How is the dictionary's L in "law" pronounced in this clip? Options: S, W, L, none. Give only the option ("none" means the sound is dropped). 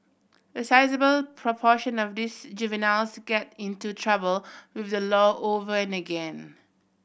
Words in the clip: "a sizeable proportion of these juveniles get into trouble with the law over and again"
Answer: L